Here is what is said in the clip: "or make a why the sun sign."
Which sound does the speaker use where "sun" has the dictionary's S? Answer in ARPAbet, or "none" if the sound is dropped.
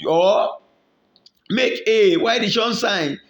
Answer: SH